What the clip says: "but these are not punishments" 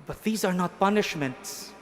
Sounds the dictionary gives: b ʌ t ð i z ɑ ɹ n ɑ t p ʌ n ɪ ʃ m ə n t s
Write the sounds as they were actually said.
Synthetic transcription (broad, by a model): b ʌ t ð i z ɑ ɹ n ɑ t p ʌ n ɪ ʃ m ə n t s